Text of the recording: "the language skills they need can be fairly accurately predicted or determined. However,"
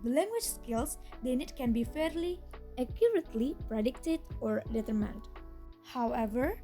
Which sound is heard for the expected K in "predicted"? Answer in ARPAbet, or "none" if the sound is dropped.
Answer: K